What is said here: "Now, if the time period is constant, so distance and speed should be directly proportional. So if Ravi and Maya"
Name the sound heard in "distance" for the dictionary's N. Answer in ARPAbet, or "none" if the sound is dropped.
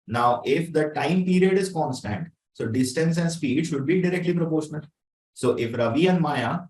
N